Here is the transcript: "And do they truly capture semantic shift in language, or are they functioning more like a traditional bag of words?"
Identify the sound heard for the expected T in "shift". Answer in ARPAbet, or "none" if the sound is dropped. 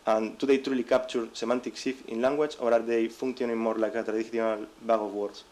none